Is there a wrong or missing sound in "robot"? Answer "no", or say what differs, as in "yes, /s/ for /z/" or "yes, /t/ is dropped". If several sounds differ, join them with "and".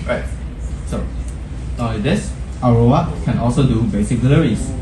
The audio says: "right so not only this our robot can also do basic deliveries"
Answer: yes, /b/ is dropped